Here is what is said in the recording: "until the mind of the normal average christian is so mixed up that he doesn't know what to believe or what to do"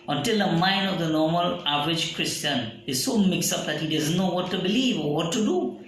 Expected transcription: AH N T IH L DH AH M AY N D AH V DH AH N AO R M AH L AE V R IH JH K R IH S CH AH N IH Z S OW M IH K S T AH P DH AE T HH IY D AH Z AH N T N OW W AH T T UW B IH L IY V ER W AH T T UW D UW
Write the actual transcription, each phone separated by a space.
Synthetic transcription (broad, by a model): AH N T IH L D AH M AY N D AH V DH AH N AO R M AH L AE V R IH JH K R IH S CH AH N IH Z S OW M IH K S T AH P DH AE T HH IY D AH Z AH N T N OW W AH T T UW B IH L IY V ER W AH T T UW D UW